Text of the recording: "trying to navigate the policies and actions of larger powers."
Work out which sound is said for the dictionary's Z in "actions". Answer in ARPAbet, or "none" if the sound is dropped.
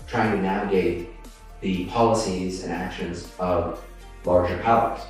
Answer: Z